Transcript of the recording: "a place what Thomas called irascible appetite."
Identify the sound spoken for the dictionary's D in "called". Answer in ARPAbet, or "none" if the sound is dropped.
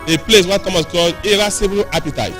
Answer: none